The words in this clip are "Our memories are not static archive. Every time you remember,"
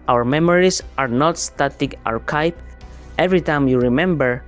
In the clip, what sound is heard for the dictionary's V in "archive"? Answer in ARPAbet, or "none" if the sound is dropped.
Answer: P